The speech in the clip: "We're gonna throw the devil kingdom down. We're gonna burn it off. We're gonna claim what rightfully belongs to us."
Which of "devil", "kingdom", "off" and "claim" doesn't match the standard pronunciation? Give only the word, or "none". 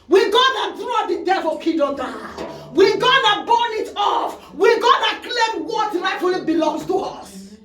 kingdom